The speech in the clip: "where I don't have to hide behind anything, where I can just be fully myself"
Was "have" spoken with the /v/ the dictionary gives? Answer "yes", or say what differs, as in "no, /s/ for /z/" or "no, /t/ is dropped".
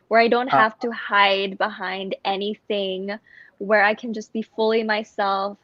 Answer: no, /f/ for /v/